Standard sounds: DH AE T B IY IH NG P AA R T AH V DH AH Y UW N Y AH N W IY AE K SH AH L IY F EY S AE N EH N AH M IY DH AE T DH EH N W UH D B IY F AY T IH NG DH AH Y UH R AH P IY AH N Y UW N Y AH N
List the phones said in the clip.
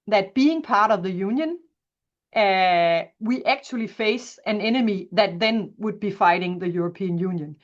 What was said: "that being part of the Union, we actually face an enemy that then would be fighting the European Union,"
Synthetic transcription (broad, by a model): DH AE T B IY IH NG P AA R T AH V DH AH Y UW N Y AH N W IY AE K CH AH L IY F EY S AE N EH N AH M IY DH AE T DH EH N W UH D B IY F AY T IH NG DH AH Y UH R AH P IY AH N Y UW N Y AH N